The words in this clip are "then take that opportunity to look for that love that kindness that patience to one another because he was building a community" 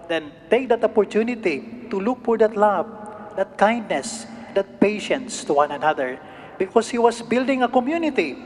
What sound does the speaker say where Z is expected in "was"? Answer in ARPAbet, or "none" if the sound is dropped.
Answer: S